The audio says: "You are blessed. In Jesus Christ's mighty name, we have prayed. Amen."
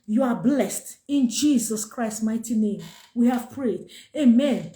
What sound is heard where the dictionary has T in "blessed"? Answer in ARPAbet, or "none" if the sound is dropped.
T